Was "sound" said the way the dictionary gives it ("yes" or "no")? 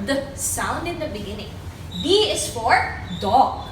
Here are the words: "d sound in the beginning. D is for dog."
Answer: yes